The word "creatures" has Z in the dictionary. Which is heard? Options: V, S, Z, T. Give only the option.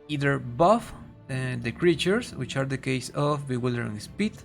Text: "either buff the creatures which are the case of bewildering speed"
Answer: S